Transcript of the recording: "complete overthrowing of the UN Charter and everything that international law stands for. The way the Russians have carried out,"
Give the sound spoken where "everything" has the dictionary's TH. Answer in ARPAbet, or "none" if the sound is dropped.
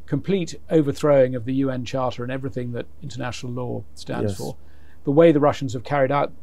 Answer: TH